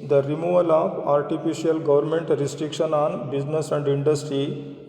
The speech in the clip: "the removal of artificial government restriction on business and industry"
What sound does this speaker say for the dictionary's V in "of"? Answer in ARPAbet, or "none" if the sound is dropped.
P